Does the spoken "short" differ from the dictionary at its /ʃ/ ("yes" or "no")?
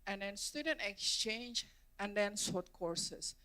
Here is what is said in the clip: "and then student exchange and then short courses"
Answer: yes